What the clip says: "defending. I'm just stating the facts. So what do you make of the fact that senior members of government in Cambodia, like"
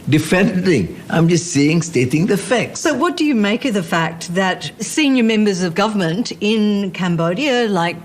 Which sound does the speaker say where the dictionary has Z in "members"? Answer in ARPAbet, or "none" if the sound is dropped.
Z